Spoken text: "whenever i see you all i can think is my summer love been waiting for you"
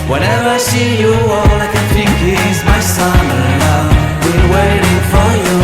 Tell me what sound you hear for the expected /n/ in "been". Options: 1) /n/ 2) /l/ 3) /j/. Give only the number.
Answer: 2